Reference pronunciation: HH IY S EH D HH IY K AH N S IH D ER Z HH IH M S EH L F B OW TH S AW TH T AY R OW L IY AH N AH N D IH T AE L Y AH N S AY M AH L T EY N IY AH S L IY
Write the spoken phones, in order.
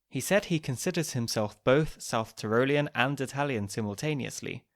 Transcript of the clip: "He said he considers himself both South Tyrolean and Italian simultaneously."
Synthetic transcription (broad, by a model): HH IY S EH D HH IY K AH N S IH D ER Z HH IH M S EH L F B OW TH S AW TH T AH R OW L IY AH N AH N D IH T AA L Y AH N S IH M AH L T EY N IY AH S L IY